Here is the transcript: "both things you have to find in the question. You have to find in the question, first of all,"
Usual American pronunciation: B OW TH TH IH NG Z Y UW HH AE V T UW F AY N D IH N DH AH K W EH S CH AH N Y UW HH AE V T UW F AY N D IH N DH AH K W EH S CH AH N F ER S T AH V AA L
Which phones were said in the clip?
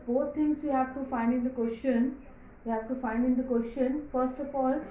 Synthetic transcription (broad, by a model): B OW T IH NG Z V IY HH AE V T UW F AY N D IH N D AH K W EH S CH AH N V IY HH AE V T UW F AY N D IH N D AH K W EH S CH AH N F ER S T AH P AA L